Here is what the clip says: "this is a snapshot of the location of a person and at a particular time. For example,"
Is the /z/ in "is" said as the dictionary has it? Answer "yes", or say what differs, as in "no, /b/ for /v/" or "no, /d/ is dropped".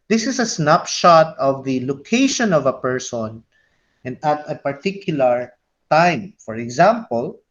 no, /s/ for /z/